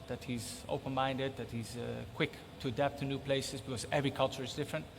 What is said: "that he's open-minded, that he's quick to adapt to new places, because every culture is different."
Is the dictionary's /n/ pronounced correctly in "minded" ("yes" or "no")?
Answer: yes